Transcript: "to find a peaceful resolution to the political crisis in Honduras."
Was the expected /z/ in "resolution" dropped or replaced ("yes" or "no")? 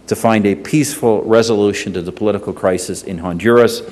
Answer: no